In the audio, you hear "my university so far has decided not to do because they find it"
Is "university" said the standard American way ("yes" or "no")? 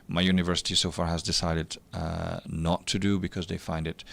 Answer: yes